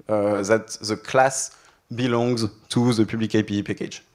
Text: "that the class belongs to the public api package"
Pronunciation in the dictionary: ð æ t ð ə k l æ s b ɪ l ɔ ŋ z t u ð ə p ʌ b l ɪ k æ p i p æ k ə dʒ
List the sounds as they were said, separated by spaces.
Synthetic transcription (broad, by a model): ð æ t ð ə k l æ s b ɪ l ɔ ŋ z t u ð ə p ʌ b l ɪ k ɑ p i p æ k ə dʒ